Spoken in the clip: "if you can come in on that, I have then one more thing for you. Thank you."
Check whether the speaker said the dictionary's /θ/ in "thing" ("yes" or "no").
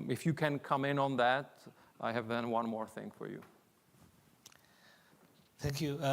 yes